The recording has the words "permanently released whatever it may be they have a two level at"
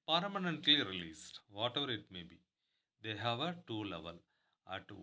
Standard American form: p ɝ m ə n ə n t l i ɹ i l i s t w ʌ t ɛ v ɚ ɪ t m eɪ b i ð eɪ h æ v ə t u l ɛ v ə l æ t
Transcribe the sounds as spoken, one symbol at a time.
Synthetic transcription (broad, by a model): p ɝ m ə n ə n t l i ɹ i l i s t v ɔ t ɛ v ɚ ɪ t m eɪ b i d eɪ h æ v ə t u l ɛ v ə l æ t